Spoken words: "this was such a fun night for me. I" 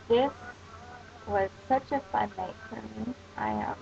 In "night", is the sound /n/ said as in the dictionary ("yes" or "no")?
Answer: no